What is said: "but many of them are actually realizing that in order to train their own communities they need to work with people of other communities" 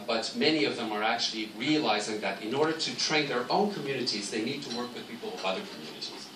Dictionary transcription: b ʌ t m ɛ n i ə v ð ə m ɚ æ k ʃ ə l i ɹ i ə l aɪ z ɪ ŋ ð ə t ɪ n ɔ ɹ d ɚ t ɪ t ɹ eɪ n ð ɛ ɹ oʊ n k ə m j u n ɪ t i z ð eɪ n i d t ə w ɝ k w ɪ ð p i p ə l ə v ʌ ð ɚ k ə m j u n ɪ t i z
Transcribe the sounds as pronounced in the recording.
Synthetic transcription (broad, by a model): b ʌ t m ɛ n i ə v ð ə m ɚ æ k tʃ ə l i ɹ i ə l aɪ z ɪ ŋ ð ə t ɪ n ɔ ɹ d ɚ t ɪ t ɹ eɪ n ð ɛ ɹ oʊ n k ə m j u n ɪ t i z ð eɪ n i d t ə w ɝ k w ɪ ð p i p l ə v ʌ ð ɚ k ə m j u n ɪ t i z